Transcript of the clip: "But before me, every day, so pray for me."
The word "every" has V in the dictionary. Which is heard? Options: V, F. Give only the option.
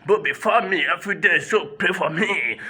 F